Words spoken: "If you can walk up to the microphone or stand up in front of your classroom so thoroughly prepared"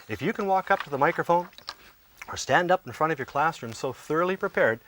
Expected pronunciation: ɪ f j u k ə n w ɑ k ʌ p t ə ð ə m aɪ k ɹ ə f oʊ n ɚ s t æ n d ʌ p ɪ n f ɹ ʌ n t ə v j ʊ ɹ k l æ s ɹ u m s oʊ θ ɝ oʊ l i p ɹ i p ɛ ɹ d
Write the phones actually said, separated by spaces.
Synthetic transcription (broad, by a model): ɪ f j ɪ k ə n w ɑ k ʌ p t ə ð ə m aɪ k ɹ ə f oʊ n ɚ s t æ n d ʌ p n f ɹ ʌ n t ə v j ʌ ɹ k l æ s ɹ u m s oʊ θ ɝ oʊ l i p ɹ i p ɛ ɹ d